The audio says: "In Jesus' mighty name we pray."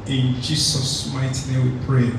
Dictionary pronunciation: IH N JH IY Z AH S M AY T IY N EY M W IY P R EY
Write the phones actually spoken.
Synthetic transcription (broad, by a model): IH N JH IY S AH S M AY T IY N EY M W IY P R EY